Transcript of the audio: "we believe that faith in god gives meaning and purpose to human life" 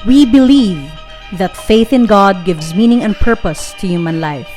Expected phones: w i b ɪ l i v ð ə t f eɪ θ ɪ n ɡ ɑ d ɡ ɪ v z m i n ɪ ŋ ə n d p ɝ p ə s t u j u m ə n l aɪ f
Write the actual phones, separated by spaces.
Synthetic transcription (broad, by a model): w i b ɪ l i v ð ə t f eɪ θ ɪ n ɡ ɑ d ɡ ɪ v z m i n ɪ ŋ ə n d p ɝ p ə s t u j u m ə n l aɪ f